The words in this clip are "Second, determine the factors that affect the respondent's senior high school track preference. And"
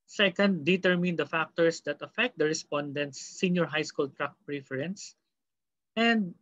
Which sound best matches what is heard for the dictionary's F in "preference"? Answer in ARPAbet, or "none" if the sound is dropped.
F